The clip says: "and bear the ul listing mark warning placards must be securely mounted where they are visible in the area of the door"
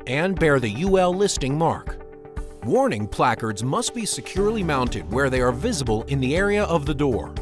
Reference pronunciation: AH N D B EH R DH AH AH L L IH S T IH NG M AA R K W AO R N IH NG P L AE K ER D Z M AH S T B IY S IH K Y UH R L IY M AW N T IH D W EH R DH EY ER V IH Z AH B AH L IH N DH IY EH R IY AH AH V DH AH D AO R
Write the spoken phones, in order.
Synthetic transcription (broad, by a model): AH N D B EH R DH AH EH L L IH S T IH NG M AA R K W AO R N IH NG P L AE K ER D Z M AH S T B IY S IH K Y UH R L IY M AW N T IH D W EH R DH EY ER V IH Z AH B AH L IH N DH IY EH R IY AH AH V DH AH D AO R